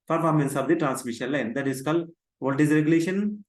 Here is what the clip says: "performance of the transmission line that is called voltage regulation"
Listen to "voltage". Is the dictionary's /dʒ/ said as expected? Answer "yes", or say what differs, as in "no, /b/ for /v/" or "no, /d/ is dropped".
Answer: no, /z/ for /dʒ/